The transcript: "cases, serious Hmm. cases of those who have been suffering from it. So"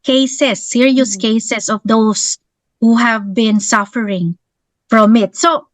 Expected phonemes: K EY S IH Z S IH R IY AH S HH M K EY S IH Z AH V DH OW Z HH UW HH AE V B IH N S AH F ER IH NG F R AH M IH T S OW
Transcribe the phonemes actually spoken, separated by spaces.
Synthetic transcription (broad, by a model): K EY S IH S IH R IY AH S K EY S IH S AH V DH OW S HH UW HH AE V B IH N S AH F ER IH NG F R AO M IH T S OW